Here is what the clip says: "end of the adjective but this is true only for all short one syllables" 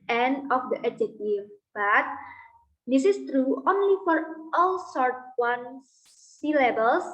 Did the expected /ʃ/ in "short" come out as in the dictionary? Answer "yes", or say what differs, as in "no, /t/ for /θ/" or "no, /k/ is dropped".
no, /s/ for /ʃ/